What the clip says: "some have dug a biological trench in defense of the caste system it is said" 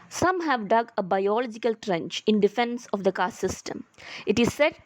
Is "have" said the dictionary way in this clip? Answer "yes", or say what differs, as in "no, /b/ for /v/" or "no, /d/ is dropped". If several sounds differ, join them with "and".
yes